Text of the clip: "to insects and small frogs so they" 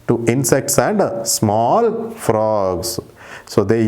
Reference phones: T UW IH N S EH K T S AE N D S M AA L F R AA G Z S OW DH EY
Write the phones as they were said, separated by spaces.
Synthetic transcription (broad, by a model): T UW IH N S EH K T S AE N D S M AA L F R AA G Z S OW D EY